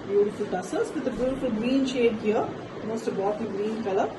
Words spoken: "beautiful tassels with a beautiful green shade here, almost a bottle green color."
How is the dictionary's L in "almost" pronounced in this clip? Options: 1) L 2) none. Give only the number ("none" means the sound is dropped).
2